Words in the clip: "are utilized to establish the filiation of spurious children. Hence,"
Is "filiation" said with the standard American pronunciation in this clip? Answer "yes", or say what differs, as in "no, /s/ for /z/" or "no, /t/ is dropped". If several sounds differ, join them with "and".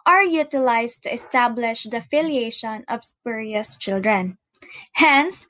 yes